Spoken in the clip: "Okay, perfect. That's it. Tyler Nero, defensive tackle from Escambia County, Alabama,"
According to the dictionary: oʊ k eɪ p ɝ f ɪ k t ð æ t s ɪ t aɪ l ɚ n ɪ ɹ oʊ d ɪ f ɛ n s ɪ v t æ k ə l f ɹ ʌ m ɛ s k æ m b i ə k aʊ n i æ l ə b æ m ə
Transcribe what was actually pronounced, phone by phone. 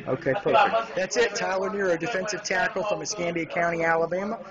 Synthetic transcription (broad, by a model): oʊ k eɪ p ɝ ɪ ð æ t s ɪ t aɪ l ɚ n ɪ ɹ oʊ d ɪ f ɛ n s ɪ v t æ k l f ɹ ʌ m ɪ s k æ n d i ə k aʊ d i æ l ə b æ m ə